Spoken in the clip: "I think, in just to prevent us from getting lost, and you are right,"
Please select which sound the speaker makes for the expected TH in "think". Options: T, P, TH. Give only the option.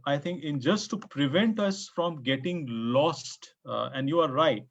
T